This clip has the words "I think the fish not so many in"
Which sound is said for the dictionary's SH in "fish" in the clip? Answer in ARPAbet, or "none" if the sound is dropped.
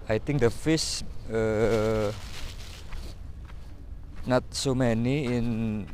S